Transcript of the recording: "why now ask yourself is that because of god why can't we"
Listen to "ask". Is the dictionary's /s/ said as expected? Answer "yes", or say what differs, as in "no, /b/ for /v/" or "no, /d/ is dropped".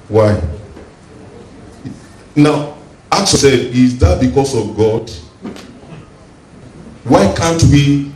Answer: no, /s/ is dropped